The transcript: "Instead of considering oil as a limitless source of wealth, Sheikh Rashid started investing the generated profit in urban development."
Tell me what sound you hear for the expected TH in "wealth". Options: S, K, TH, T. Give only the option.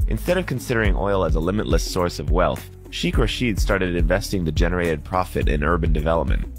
TH